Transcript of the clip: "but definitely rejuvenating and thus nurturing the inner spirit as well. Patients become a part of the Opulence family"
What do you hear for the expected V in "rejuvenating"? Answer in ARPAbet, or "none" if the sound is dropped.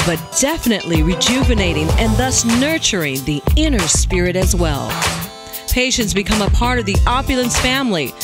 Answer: V